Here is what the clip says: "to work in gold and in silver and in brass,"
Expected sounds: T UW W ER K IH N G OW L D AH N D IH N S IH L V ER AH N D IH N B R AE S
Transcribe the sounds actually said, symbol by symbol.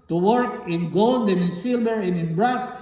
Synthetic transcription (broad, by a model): T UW W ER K IH N G OW L D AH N IH N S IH L B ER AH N IH N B R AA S